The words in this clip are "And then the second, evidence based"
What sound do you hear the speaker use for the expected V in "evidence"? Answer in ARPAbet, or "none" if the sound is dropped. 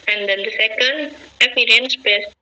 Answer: P